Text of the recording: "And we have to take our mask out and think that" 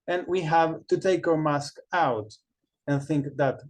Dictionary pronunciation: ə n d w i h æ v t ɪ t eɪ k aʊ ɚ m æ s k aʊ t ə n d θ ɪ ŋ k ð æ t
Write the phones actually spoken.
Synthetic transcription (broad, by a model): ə n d w i h æ v t ɪ t eɪ k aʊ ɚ m æ s k aʊ t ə n θ ɪ ŋ k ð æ t